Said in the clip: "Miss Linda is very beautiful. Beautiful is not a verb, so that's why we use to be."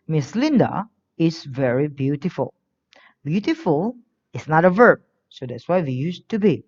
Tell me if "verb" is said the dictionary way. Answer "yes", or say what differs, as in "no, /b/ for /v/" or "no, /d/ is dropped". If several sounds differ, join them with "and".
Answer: yes